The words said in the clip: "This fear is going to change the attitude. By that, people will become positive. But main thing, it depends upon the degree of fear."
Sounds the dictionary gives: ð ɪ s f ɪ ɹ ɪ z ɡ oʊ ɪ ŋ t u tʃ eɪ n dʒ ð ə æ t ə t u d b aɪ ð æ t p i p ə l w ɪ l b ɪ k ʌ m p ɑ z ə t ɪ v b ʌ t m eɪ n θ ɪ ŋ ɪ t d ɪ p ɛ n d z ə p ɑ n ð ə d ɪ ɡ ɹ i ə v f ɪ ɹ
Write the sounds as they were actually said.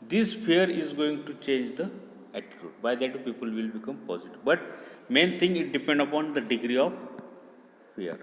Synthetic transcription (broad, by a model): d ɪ s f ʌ ɹ ɪ z ɡ oʊ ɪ ŋ t u tʃ eɪ n dʒ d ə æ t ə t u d b aɪ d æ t p i p ə l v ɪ l b ɪ k ʌ m p ɑ z ə t ɪ v b ʌ t m eɪ n t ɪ ŋ ɪ t d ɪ p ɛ n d ə p ɑ n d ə d ɪ ɡ ɹ i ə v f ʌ ɹ